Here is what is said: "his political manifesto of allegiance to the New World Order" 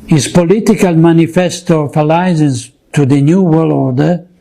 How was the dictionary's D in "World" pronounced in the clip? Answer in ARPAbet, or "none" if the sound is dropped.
none